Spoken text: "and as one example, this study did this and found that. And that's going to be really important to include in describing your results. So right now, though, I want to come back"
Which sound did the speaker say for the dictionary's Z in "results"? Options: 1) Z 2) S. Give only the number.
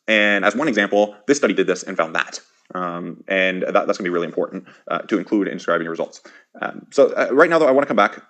1